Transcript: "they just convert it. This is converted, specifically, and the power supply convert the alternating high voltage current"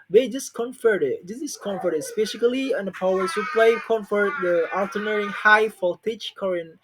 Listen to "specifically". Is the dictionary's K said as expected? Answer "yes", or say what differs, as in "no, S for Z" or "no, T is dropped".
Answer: no, K is dropped